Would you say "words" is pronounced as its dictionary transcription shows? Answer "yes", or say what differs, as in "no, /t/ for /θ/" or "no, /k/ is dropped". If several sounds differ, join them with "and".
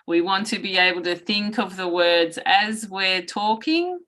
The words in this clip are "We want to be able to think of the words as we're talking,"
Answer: yes